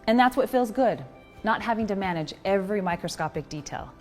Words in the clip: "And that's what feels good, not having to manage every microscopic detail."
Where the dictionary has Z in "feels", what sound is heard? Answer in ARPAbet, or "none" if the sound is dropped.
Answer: Z